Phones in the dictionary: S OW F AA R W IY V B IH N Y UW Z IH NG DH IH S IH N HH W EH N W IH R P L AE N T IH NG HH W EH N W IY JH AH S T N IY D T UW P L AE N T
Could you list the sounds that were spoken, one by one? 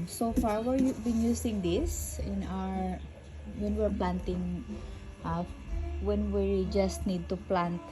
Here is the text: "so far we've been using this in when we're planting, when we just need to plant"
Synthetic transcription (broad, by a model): S OW F AA R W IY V B IH N Y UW S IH NG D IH S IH N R W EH N W IH R P L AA N T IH NG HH W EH N W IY JH AH S T N IY D T UW P L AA N T